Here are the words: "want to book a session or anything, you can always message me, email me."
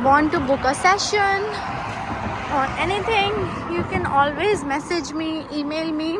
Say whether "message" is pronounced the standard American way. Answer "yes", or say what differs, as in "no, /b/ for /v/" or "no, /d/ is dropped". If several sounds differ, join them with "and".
yes